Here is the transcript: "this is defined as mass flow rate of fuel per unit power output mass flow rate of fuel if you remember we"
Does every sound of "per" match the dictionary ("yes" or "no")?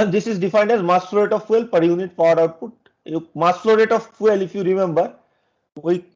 yes